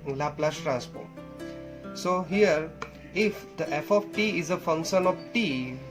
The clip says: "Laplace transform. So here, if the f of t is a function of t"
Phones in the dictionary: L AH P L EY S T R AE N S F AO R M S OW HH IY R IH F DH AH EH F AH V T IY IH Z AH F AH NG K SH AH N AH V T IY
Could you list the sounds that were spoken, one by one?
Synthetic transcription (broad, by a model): L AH P L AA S T R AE N S P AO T S OW HH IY R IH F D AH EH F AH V T IY IH Z AH F AH NG K SH AH N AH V T IY